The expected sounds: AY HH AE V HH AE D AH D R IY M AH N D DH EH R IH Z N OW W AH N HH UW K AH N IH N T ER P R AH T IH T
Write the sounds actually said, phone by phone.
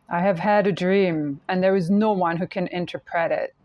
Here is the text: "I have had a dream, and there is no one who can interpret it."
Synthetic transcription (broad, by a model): AY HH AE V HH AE D AH D R IY M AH N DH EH R IH Z N OW W AH N HH UW K AH N IH N T ER P R AH T IH T